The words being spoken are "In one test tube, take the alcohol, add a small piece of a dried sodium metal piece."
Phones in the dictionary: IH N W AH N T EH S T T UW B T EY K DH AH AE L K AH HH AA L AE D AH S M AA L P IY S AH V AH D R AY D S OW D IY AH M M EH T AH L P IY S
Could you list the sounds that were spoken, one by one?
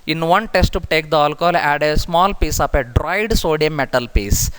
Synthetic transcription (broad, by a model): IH N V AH N T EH S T T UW T EY K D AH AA L K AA L AE D AH S M AA L P IY S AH P AH D R AY D S OW D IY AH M M EH T AH L P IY S